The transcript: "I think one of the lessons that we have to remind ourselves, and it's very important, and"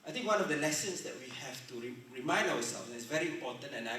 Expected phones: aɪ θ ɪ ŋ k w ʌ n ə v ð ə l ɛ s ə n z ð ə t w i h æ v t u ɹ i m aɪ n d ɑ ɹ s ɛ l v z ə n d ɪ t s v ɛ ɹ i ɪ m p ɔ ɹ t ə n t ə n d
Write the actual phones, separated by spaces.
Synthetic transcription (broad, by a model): aɪ t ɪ ŋ k w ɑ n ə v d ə l ɛ s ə n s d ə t w i h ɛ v t u ɹ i m aɪ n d ɑ w s ɛ l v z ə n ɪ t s v ɛ ɹ i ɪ m p ɔ t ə n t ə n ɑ